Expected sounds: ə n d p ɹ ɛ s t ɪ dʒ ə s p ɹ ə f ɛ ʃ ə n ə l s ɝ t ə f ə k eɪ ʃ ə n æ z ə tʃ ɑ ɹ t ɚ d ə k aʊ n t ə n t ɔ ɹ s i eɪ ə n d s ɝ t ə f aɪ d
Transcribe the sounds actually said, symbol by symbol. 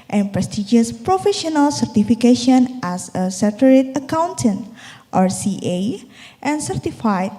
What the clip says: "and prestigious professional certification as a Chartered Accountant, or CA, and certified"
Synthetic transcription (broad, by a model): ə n p ɹ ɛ s t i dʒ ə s p ɹ ə f ɛ ʃ ə n ə l s ɝ t ə f ə k eɪ ʃ ə n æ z ə s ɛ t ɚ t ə k aʊ n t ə n t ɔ ɹ s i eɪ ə n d s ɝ t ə f aɪ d